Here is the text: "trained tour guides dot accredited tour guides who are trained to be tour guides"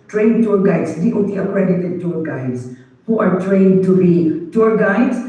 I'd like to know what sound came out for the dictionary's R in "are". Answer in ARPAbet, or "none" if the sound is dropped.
R